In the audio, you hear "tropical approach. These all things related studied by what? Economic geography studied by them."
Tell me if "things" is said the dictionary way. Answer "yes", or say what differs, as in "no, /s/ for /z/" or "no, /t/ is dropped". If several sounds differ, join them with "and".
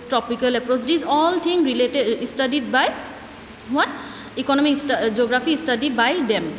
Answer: no, /t/ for /θ/ and /z/ is dropped